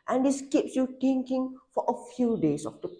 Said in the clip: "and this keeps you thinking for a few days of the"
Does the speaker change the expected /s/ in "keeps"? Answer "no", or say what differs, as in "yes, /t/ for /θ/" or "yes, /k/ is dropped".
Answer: no